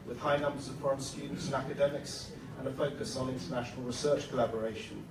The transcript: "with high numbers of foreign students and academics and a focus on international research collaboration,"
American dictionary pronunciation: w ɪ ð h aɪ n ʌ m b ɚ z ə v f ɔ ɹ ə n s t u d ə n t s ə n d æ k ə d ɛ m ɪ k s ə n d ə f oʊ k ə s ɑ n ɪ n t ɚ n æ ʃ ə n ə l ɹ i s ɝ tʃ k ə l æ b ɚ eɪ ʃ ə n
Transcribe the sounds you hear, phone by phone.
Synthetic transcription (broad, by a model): w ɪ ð h aɪ n ʌ m b ɚ z ə v f ɔ ɹ ə n s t u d n t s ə n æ k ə d ɛ m ɪ k s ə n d ə f oʊ k ə s n ɪ n t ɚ n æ ʃ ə n ə l ɹ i s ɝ tʃ k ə l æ b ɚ eɪ ʃ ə n